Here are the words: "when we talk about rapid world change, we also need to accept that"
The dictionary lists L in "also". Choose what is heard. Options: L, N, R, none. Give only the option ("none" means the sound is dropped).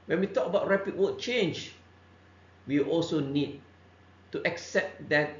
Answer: L